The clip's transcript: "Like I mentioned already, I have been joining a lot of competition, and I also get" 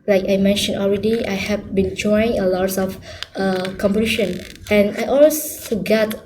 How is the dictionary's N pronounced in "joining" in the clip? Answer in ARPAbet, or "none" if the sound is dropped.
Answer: none